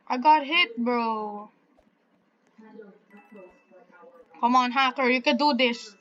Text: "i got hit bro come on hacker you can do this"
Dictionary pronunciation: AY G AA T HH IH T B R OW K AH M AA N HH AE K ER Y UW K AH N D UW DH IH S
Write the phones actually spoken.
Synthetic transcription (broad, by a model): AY G AA T HH IH T B R OW K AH M AA N HH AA K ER Y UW K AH D UW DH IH S